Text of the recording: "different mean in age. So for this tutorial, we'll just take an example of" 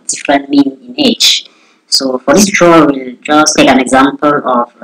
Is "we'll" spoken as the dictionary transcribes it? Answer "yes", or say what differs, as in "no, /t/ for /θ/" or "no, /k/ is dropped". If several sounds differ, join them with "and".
yes